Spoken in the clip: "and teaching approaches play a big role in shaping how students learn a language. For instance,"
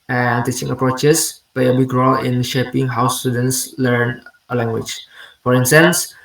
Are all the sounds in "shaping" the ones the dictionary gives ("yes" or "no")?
yes